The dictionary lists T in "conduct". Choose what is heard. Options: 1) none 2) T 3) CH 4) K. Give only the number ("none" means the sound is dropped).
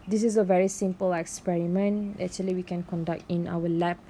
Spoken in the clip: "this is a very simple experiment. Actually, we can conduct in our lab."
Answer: 2